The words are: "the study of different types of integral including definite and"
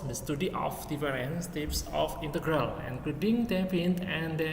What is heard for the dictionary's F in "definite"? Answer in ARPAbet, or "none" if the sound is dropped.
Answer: P